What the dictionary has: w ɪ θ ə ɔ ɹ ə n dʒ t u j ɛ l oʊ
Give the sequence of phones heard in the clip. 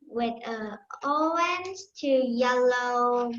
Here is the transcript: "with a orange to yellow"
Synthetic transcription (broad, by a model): w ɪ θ ə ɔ ə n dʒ t u j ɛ l oʊ